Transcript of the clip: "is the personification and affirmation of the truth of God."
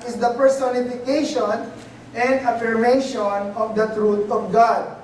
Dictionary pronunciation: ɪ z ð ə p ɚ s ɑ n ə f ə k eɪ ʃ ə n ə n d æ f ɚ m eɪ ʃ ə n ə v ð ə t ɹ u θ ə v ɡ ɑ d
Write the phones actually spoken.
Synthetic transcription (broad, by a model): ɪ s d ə p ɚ s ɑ n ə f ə k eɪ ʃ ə n ə n d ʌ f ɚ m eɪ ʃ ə n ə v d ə t ɹ u t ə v ɡ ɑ d